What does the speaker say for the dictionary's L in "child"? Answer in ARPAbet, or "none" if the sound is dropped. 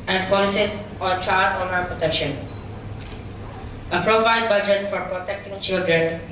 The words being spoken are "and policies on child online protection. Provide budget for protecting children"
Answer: none